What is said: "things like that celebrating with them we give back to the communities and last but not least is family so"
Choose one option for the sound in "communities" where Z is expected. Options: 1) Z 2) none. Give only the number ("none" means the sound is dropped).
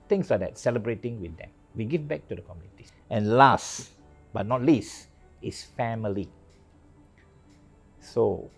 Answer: 2